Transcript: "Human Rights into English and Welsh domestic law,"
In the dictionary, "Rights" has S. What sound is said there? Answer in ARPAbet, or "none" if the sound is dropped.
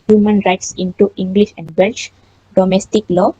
S